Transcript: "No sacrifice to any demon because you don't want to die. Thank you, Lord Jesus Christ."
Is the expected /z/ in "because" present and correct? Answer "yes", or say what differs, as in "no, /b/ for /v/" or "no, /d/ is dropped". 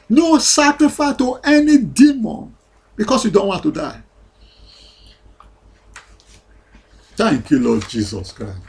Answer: no, /s/ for /z/